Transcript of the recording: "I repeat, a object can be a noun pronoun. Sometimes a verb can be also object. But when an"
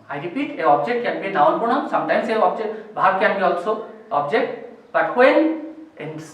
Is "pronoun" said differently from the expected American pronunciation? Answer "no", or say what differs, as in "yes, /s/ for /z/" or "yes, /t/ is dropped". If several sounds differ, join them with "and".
yes, /ɹ/ is dropped